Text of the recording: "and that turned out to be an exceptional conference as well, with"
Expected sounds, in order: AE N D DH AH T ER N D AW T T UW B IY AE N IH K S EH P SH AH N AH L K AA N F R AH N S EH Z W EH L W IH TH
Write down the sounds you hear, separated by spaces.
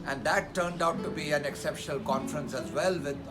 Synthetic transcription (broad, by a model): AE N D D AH T ER N D AW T T UW B IY AE N IH K S EH P SH AH N AH L K AA N F R AH N S EH Z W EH L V IH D